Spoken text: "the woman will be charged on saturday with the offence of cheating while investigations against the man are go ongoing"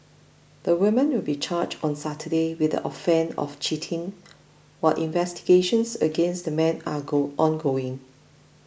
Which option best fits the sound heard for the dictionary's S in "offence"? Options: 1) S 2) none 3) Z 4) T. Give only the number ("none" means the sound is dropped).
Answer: 2